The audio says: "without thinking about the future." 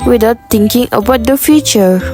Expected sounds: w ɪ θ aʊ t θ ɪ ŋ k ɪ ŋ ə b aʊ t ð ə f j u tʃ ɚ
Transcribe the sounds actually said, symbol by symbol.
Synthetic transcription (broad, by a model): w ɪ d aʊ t t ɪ ŋ k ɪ ŋ ə b aʊ t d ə f j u tʃ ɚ